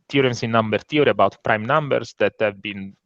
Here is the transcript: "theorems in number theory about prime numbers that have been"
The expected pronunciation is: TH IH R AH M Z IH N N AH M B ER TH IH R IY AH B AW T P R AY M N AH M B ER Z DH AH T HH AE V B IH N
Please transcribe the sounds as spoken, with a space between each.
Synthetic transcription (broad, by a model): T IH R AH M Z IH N N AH M B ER T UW R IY AH B AW T P R AY M N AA M B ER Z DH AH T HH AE V B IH N